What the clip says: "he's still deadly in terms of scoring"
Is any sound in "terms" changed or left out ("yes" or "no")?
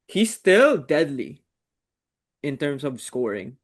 yes